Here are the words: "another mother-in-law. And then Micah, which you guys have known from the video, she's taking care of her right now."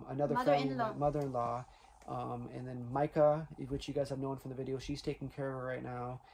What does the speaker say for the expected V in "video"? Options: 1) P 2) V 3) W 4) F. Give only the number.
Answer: 2